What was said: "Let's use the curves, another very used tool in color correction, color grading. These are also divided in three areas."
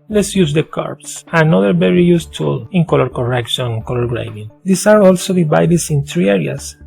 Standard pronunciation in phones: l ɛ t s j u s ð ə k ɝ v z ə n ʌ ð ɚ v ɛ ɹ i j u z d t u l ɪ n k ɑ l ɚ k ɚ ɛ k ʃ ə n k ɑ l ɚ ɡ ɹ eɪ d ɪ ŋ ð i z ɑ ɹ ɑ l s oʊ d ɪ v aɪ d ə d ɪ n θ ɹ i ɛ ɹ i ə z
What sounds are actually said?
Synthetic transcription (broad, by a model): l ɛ t s j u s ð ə k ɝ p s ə n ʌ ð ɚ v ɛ ɹ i j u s t u l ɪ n k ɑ l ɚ k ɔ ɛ k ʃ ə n k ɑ l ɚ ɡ ɹ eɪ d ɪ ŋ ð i s ɑ ɹ ɑ l s oʊ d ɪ b aɪ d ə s ɪ n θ ɹ i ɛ ɹ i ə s